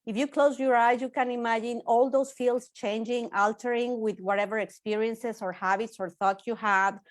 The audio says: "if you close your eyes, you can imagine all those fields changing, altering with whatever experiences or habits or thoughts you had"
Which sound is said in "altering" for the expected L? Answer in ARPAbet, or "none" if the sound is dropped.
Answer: L